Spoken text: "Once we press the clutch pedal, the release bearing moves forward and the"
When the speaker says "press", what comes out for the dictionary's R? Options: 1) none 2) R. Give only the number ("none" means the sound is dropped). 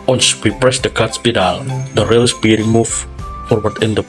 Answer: 2